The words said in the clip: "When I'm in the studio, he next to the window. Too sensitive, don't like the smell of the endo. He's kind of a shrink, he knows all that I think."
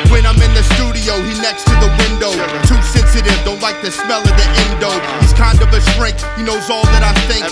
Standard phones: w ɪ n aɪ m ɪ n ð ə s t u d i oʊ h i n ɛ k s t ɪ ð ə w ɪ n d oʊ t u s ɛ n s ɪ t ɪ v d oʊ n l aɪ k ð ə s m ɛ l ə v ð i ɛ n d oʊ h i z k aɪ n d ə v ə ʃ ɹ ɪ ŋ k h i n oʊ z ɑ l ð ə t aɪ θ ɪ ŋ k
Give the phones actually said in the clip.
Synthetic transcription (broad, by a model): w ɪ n aɪ m ɪ n ð ə s t u d i oʊ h i n ɛ k s t ɪ ð ə w ɪ n d oʊ t u s ɛ n s ɪ t ɪ v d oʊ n l aɪ k ð ə s m ɛ l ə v ð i ɛ n d oʊ h i z k aɪ n d ə v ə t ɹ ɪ ŋ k h i n oʊ z ɑ l ð ə t aɪ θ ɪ ŋ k